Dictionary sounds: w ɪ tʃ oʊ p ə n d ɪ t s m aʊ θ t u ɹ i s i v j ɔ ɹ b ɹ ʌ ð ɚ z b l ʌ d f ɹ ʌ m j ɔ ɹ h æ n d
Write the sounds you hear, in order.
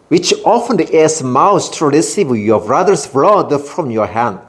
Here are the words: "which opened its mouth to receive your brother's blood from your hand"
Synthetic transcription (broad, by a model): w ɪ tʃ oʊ f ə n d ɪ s m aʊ s t u ɹ i s i v j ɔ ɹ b ɹ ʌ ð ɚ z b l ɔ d f ɹ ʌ m j ɔ ɹ h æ n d